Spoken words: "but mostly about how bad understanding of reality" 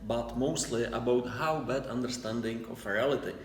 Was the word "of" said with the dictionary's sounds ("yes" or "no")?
no